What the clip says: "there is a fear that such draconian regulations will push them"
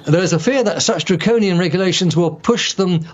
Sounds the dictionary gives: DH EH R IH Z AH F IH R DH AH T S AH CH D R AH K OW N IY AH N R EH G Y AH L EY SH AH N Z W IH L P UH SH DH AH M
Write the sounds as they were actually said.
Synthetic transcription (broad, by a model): DH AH R IH Z AH F IH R DH AH T S AH CH D R AH K OW N IY AH N R EH G Y AH L EY SH AH N Z W IH L P UH SH DH AH M